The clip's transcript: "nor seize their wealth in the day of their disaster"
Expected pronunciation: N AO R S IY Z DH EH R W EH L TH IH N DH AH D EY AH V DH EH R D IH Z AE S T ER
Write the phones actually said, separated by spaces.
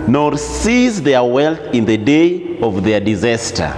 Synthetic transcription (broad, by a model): N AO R S IY Z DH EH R W EH L TH IH N DH AH D EY AH V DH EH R D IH Z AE S T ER